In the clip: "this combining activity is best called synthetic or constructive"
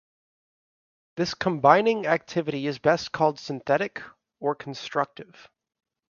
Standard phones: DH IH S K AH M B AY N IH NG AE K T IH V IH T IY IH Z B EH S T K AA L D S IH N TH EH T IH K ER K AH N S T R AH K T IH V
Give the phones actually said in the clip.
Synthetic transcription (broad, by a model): DH IH S K AH M B AY N IH NG AE K T IH V IH T IY IH Z B EH S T K AA L D S IH N TH EH T IH K ER K N S T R AH K T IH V